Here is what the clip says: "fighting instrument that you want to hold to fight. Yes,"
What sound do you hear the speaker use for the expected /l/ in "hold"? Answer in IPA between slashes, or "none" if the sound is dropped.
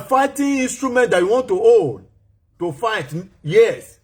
none